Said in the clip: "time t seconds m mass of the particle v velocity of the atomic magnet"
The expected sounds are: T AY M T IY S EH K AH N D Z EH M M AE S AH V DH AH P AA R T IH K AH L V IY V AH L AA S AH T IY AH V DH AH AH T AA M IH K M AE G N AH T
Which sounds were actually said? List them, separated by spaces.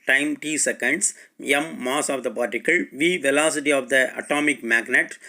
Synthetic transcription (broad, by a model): T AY M T IY S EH K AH N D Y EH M M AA S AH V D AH P AA R T IH K AH L V IY V AH L AA S AH T IY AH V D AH AH T AA M IH K M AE G N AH T